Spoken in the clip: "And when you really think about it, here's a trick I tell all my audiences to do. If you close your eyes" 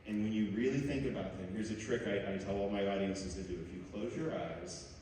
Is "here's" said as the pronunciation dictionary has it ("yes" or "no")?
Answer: yes